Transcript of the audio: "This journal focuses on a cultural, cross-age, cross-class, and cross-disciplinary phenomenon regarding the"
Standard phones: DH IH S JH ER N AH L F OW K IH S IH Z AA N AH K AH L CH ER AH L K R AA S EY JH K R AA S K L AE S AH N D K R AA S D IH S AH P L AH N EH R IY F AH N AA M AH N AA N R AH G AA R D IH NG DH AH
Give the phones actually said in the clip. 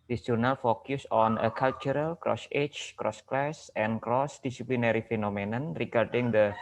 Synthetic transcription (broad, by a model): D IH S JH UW N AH L F OW K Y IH S AA N AH K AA L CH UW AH L K R AA S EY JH K R AA S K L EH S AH N K R AA S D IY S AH P L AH N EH R IY F AH N AA M AH N AA N R AH G AA R D IH NG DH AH